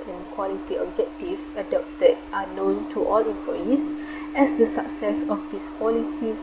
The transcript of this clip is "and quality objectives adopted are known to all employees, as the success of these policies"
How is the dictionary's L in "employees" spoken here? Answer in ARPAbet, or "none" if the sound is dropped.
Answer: none